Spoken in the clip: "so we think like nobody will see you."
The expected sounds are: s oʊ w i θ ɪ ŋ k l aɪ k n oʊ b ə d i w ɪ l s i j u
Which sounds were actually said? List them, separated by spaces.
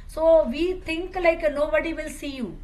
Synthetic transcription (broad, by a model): s oʊ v i t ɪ ŋ k l aɪ k n oʊ b ə d i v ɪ l s i j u